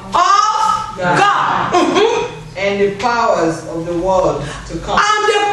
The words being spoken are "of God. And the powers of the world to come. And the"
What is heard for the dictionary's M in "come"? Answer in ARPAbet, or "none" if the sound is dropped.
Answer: none